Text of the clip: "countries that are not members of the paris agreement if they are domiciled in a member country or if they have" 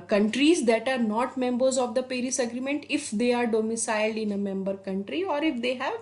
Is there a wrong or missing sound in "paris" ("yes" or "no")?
no